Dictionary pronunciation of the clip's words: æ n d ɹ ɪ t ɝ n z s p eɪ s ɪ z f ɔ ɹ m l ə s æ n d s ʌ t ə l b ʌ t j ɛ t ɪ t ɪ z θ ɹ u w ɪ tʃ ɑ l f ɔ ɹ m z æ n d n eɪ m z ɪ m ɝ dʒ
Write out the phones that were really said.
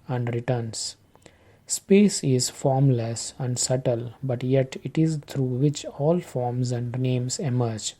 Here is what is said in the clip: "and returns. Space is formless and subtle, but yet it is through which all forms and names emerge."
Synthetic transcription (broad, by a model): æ n d ɹ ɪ t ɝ n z s p eɪ s ɪ z f ɔ ɹ m l ə s æ n d s ʌ t ə l b ʌ t j ɛ t ɪ t ɪ z t ɹ u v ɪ tʃ ɑ l f ɔ ɹ m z æ n d n eɪ m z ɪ m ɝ dʒ